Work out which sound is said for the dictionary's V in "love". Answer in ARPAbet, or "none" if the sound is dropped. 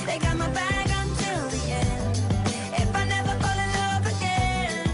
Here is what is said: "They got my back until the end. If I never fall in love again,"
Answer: P